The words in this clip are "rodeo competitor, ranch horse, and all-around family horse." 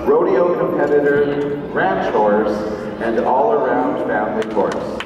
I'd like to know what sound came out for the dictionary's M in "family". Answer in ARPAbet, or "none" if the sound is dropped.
none